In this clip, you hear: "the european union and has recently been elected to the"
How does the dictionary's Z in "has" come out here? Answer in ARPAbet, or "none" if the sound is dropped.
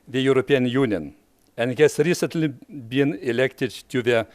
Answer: S